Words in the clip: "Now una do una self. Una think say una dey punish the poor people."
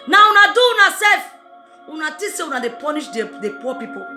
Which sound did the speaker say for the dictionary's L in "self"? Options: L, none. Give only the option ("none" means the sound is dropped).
none